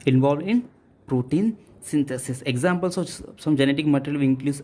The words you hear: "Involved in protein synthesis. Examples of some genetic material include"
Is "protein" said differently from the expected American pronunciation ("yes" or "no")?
no